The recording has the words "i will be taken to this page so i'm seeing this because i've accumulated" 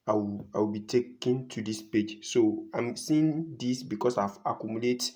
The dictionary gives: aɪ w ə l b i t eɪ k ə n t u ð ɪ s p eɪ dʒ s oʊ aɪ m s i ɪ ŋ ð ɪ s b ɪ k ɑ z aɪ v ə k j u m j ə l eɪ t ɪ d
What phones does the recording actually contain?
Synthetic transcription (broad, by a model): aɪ w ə w b i t eɪ k ə n t u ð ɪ s p eɪ dʒ s oʊ aɪ m s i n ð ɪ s b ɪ k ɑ s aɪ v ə k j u m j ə l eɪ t